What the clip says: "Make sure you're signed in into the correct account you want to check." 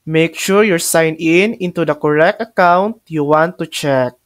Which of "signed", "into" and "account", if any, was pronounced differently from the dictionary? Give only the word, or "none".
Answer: signed